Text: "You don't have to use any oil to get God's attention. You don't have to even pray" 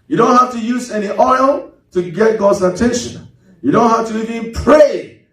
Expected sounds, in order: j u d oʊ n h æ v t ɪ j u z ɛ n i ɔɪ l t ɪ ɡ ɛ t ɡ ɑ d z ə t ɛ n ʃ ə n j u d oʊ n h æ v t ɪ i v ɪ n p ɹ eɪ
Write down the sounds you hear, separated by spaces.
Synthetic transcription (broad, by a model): j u d oʊ n h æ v t ɪ j u z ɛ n i ɔɪ l t ɪ ɡ ɛ t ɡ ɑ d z ə t ɛ n ʃ ə n j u d oʊ n h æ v t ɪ i v ɪ n p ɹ eɪ